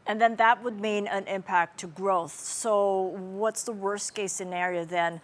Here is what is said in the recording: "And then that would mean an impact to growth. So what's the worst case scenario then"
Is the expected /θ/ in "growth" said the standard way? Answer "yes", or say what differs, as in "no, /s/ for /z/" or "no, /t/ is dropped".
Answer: yes